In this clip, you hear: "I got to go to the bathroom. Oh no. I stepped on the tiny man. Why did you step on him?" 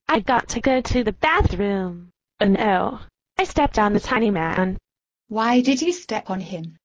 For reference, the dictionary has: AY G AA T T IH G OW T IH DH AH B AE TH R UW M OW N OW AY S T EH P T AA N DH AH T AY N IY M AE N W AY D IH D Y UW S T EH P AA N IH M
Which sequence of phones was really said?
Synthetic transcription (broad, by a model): AY G AA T T IH G OW T IH DH AH B AE TH R UW M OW N OW AY S T EH P T N DH AH T AY N IY M AE N W AY D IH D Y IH S T EH P N IH M